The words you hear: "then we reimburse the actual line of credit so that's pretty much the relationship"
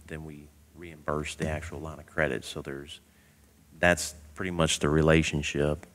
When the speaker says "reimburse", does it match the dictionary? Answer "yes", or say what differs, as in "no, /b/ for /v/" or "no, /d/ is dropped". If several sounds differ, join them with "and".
yes